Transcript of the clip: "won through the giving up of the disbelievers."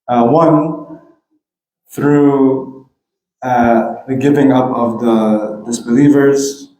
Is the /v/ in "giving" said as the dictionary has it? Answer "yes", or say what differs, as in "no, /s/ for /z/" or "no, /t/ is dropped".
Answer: yes